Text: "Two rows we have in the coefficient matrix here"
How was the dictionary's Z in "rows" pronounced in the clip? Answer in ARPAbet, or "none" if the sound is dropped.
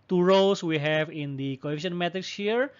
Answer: S